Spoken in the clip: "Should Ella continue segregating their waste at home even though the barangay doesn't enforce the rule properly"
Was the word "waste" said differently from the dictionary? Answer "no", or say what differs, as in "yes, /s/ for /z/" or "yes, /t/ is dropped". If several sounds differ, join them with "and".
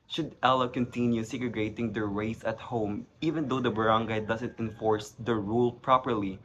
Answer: yes, /t/ is dropped